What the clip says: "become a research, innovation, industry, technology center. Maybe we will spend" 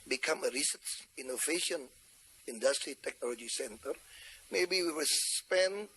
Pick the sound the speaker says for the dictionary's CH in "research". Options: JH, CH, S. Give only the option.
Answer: S